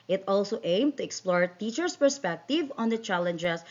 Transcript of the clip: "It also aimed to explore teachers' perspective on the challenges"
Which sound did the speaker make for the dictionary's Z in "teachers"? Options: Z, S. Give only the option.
S